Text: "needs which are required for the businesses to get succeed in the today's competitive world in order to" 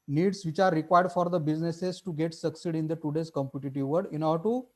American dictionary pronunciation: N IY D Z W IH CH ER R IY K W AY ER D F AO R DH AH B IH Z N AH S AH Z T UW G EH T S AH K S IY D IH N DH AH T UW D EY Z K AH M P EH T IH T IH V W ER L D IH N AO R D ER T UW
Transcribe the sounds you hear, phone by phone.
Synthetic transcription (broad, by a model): N IY D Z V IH CH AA R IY K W AY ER D F AO R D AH B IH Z N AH S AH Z T UW G EH T S AH K S IY D IH N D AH T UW D EY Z K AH M P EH T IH T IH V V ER D IH N AO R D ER T UW